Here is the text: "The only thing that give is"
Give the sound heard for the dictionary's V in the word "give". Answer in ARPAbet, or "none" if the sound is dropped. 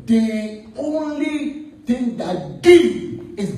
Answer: none